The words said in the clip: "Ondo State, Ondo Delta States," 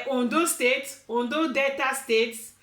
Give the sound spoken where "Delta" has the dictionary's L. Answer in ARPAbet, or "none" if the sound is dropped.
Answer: none